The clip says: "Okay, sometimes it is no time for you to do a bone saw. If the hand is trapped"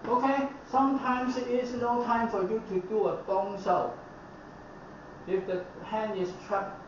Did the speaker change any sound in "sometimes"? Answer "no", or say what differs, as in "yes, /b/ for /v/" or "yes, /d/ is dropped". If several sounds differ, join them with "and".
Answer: yes, /s/ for /z/